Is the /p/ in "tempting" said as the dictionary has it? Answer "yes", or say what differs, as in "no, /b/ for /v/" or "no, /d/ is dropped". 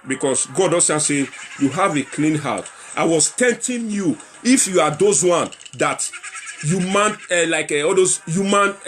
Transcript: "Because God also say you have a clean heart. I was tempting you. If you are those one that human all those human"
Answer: no, /p/ is dropped